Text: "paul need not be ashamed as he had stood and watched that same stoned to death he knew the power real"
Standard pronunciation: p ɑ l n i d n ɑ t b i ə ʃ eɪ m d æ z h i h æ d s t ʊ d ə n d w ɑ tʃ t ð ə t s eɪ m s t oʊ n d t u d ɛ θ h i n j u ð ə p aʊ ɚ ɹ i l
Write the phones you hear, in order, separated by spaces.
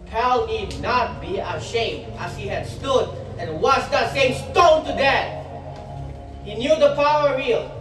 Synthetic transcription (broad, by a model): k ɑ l n i d n ɑ t b i ə ʃ eɪ m d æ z h i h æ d s t ʊ d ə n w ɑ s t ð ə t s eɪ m s t oʊ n t u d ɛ t h i n j u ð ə p aʊ ɚ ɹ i l